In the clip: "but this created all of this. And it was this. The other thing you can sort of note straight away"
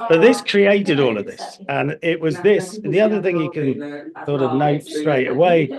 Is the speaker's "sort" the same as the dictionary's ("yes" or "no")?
no